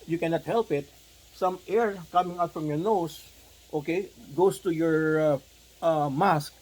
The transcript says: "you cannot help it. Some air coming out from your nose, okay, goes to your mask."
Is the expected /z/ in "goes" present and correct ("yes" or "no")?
no